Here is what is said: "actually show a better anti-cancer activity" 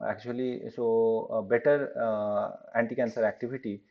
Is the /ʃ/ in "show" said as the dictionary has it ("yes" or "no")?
no